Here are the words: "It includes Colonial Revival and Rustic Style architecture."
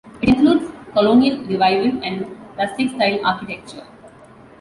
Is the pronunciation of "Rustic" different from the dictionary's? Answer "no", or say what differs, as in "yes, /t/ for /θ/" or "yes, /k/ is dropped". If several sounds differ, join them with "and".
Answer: yes, /l/ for /ɹ/